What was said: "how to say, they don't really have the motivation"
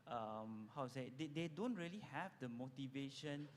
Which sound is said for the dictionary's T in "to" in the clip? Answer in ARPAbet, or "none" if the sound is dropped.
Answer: S